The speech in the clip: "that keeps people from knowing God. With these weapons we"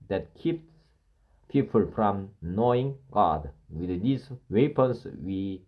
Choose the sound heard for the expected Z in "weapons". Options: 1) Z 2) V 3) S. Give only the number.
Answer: 3